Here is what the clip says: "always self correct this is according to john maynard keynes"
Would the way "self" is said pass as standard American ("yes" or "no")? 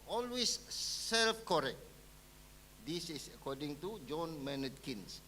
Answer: yes